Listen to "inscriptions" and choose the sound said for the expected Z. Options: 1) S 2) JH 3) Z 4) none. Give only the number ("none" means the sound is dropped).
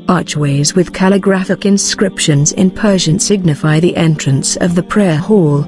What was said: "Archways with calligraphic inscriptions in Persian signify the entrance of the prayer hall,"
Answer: 3